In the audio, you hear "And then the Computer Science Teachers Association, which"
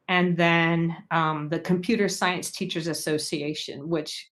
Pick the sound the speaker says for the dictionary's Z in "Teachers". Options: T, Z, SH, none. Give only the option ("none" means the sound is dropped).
Z